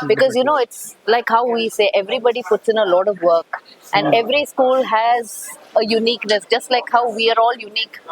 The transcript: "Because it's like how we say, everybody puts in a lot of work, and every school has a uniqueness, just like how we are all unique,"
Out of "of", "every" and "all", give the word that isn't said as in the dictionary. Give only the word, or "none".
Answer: none